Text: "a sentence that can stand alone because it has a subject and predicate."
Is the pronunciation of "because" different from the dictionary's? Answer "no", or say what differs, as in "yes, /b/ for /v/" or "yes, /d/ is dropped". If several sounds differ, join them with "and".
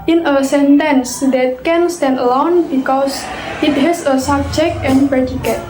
yes, /s/ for /z/